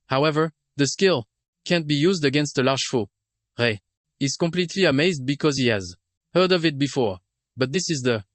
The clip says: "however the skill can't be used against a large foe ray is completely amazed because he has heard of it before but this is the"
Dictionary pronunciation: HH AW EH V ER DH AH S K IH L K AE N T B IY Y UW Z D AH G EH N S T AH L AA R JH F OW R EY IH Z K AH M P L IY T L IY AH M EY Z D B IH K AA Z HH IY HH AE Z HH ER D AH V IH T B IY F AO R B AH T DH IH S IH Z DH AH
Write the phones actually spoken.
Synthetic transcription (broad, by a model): HH AW EH V ER DH AH S K IH L K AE N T B IY Y UW Z D AH G EH N S T AH L AA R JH F OW R EY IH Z K AH M P L IY T L IY AH M EY Z D B IH K AA Z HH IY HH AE Z HH ER D AH V IH T B IY F AO R B AH T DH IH S IH Z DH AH